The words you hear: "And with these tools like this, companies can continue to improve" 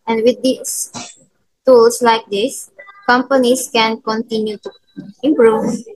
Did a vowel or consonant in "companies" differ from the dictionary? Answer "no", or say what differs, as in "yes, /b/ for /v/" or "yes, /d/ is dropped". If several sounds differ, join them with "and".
yes, /s/ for /z/